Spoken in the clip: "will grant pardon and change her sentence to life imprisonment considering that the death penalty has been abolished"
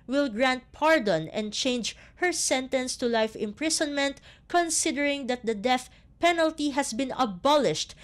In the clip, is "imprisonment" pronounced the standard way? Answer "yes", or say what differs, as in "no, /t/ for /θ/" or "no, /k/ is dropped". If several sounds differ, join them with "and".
no, /s/ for /z/